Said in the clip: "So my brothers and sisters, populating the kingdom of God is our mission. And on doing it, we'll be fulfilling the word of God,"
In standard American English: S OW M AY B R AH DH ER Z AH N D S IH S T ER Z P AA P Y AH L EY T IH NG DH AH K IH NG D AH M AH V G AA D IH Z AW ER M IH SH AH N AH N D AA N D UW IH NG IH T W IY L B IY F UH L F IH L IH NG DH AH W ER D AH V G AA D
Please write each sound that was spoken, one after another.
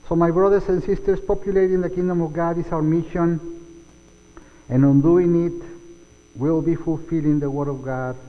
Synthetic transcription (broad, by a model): S OW M AY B R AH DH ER S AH N S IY S T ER S P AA P Y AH L EY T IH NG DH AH K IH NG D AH M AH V G AA D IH S AW ER M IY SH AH N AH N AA N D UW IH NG IH T W IY L B IY F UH L F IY L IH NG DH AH W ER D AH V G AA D